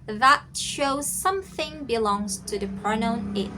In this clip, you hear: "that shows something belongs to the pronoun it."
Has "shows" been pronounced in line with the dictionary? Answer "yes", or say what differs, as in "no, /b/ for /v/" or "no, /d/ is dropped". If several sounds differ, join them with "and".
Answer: yes